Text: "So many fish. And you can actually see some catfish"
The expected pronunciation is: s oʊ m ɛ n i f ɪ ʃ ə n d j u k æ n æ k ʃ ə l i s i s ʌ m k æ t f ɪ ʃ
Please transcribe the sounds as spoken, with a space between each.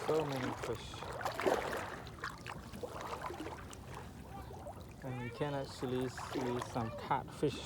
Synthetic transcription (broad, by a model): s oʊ m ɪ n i f ɪ ʃ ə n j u k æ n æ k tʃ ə l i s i s ʌ m k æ t f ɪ ʃ